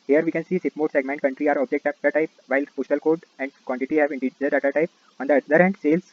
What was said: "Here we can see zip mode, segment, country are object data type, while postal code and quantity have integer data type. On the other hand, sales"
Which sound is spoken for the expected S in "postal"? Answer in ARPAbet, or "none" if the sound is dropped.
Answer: SH